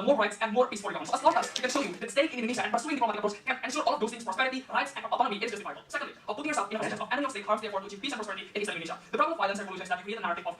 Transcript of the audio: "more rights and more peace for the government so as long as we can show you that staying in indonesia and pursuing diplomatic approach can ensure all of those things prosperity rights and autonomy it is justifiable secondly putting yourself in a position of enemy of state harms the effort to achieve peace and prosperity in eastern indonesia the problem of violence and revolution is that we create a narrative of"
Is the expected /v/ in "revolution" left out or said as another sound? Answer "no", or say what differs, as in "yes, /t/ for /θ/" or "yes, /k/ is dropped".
yes, /v/ is dropped